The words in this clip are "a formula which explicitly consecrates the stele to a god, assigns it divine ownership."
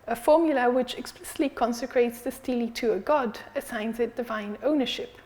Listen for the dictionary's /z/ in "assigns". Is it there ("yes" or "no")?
yes